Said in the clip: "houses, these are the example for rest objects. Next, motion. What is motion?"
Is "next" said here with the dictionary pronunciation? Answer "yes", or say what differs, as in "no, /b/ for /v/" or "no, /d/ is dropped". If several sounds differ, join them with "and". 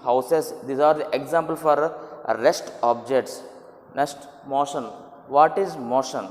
no, /k/ is dropped